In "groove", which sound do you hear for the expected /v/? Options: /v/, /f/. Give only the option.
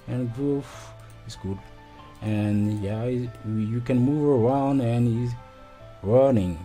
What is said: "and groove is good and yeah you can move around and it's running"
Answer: /f/